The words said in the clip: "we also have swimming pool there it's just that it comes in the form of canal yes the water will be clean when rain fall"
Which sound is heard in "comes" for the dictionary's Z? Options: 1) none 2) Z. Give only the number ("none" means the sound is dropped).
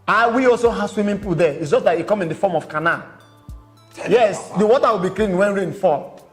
1